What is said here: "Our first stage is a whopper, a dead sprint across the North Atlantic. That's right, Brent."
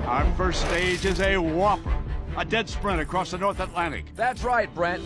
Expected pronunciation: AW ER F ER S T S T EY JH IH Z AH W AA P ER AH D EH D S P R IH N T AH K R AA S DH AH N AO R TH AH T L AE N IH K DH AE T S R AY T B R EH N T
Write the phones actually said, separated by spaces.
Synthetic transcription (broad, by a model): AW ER F ER S T S T EY JH IH Z AH W AA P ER AH D EH D S P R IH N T AH K R AA S DH AH N AO R TH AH T L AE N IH K DH AE T S R AY T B R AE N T